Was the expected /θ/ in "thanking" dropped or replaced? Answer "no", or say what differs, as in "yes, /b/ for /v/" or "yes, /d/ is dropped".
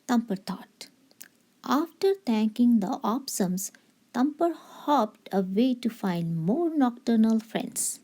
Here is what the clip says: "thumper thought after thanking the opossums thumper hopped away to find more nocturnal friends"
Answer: yes, /t/ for /θ/